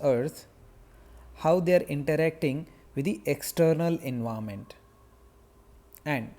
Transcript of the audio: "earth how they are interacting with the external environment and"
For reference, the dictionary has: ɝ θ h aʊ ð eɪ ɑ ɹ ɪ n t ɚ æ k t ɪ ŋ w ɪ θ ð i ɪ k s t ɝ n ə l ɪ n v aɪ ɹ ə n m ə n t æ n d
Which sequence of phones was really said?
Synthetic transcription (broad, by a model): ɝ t h aʊ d eɪ ɑ ɹ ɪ n t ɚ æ k t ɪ ŋ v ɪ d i ɪ k s t ɝ n ə l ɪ n v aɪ ə m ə n t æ n d